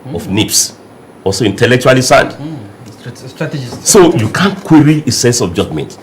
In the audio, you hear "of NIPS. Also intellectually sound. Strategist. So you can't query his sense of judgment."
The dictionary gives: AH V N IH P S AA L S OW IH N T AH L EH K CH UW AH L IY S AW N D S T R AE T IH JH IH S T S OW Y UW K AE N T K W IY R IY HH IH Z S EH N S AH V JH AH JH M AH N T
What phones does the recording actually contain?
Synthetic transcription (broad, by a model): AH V N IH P S AA L S OW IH N T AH L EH K CH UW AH L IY S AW N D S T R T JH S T S OW Y UW K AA N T K W IY R IY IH S EH N S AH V JH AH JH M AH N T